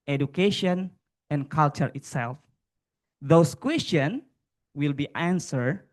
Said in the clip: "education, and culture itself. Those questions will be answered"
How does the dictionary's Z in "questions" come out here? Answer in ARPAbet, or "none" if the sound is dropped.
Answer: none